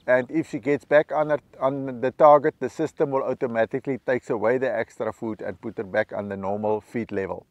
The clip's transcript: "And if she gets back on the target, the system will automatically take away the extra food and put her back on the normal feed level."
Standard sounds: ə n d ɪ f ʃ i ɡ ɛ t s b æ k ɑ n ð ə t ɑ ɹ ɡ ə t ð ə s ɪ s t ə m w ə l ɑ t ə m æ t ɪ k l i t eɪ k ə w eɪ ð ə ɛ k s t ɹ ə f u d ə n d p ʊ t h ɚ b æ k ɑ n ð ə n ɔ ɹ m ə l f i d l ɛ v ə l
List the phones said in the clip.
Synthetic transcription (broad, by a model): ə n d ɪ f s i ɡ ɛ t s b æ k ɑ n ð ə t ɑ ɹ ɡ ə t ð ə s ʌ s t ə m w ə l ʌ t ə m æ t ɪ k l i t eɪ k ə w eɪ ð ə ɛ k s t ɹ ə f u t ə n p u t ɚ b æ k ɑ n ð ə n ɔ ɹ m ə l f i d l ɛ v ə l